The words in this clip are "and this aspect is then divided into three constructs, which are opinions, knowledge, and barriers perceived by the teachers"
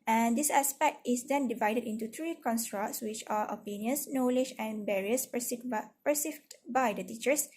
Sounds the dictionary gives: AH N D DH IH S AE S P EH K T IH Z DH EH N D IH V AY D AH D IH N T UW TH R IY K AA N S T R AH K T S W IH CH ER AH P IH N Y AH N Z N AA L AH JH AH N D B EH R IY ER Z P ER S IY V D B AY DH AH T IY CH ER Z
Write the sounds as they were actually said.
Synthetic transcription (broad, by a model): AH N D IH S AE S P EH K T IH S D EH N D IH V AY D AH D IH N T UW T R IY K AA N S T R AH K T S W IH CH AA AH P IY N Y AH N S N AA L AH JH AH N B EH R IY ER S P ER S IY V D B AY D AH T IY CH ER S